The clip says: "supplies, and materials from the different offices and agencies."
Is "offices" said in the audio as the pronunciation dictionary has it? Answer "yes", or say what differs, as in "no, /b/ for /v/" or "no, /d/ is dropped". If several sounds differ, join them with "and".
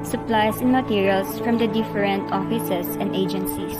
no, /s/ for /z/